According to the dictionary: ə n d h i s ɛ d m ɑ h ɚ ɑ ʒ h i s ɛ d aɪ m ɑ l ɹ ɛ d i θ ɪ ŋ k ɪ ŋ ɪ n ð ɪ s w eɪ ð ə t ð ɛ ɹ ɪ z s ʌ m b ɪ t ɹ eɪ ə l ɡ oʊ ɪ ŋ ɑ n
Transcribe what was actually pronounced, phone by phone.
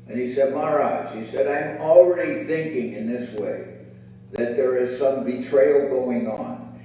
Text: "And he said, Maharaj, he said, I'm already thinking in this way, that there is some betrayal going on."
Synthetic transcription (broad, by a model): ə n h i s ɛ d m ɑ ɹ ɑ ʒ h i s ɛ d aɪ m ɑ l ɹ ɛ d i θ ɪ ŋ k ɪ ŋ ɪ n ð ɪ s w eɪ ð ə t ð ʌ ɹ ɪ z s ʌ m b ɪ t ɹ eɪ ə l ɡ oʊ ɪ ŋ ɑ n